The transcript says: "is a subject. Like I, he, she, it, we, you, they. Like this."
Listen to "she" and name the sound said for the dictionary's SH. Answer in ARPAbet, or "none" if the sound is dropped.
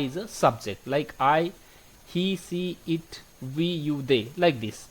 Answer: S